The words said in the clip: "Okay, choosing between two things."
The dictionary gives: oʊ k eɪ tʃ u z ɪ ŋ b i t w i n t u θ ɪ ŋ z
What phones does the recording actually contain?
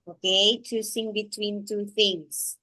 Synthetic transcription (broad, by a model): oʊ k eɪ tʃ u s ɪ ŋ b i t w i n t u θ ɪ ŋ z